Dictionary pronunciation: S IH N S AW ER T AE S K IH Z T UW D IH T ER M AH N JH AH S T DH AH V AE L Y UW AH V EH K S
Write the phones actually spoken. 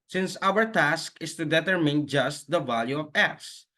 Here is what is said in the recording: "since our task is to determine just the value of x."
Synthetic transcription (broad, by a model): S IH N S AW ER T AE S K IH S T UW D IH T ER M AH N JH AH S T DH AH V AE L Y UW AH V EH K S